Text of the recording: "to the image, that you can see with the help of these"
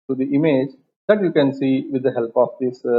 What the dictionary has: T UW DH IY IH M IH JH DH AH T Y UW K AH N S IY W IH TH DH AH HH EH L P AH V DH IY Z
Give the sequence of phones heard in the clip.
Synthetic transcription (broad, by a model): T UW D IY IH M IH JH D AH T Y UW K AH N S IY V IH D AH HH EH L P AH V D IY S